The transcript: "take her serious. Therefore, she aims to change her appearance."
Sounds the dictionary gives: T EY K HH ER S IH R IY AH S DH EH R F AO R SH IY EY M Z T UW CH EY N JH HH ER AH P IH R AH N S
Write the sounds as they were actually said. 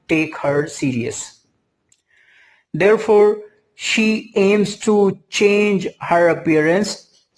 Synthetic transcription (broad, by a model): T EY K HH ER S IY R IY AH S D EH R F AO R SH IY EY M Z T UW CH EY N JH HH ER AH P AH R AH N S